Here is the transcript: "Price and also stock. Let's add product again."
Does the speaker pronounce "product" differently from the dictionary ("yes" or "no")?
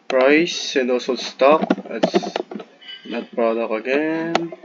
yes